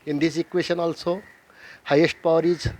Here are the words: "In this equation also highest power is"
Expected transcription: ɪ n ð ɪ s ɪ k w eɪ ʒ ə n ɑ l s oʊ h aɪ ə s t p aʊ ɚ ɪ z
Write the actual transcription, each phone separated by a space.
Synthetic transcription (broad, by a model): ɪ n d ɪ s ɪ k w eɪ ʃ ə n ɑ l s oʊ h aɪ ə s t p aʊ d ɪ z